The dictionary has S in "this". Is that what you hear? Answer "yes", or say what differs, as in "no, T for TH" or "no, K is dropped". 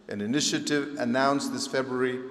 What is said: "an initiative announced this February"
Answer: yes